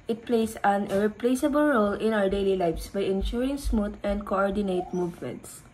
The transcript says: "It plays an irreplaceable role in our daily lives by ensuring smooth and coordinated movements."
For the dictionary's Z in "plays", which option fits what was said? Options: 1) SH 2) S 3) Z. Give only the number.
2